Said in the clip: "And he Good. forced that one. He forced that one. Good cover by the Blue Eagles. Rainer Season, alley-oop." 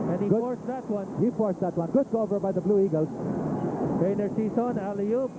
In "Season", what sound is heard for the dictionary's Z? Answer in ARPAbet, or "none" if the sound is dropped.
S